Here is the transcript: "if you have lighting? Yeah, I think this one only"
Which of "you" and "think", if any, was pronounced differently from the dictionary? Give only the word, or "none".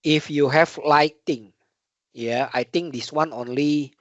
think